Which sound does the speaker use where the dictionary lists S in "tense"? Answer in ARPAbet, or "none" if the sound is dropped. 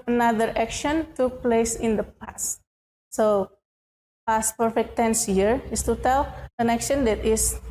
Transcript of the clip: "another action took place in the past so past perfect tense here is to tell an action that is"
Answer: S